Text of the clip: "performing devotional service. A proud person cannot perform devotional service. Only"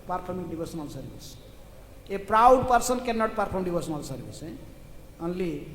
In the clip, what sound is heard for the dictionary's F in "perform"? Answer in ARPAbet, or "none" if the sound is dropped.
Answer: P